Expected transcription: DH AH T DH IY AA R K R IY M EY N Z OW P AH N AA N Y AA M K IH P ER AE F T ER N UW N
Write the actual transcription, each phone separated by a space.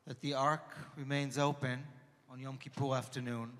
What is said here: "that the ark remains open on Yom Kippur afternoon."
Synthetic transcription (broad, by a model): DH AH T DH IY AA R K R IY M EY N Z OW P AH N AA N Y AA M K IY P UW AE F T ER N UW N